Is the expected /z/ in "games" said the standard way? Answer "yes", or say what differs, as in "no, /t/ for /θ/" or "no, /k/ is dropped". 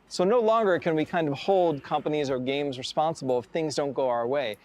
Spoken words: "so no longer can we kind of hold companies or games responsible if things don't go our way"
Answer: yes